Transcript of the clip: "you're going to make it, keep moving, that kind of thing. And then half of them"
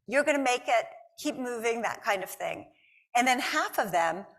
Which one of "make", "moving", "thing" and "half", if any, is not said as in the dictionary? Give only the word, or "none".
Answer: none